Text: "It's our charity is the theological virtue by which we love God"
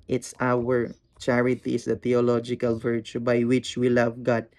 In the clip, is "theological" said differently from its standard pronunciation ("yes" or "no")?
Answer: yes